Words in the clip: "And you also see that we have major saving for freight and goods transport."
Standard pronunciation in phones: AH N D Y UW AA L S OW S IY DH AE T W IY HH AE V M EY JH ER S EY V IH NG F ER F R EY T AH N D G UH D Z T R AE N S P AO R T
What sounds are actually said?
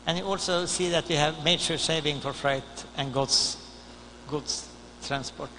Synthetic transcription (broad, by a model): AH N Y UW AA L S OW S IY DH AE T W IY HH AE V M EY SH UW S EY V IH NG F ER F R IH T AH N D G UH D S T R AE N S P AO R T